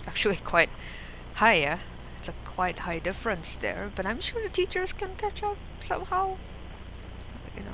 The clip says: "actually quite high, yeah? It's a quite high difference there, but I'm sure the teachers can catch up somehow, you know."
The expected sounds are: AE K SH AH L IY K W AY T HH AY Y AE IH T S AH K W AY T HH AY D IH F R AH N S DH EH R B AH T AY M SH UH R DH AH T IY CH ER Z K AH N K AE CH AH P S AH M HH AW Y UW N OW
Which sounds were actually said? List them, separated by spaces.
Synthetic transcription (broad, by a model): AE K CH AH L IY K W AY T HH AY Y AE IH T S AH K W AY T HH AY D IH F R AH N S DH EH R B AH T AY M SH UH R DH AH T IY CH ER Z K AH N K AE CH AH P S AH M HH AW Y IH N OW